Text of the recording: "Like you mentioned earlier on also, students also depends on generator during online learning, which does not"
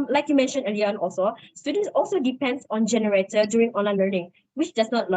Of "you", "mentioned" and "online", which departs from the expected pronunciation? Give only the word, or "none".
mentioned